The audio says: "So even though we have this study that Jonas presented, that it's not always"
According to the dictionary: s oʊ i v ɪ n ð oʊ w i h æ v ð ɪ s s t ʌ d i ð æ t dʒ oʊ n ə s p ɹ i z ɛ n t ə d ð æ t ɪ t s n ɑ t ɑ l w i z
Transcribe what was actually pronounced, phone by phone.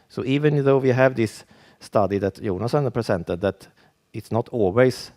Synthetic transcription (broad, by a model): s oʊ i v ɪ n ð oʊ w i h æ v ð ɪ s s t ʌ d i ð æ t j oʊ n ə s p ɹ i s ɛ n t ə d ð æ t ɪ t s n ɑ t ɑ l w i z